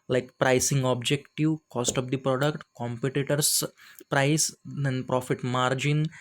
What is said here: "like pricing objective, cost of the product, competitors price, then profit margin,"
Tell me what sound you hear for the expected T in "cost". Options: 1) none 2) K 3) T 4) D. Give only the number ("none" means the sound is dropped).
3